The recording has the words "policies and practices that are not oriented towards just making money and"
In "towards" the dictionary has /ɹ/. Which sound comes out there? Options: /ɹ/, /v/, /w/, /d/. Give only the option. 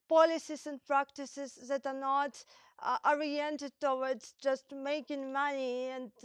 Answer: /w/